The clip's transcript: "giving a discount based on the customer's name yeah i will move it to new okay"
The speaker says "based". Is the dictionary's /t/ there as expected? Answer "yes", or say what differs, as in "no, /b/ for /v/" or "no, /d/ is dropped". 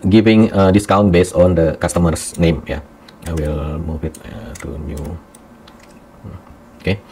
no, /t/ is dropped